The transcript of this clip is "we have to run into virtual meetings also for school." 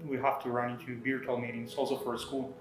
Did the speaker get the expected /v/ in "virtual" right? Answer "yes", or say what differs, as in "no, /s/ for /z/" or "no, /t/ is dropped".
no, /b/ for /v/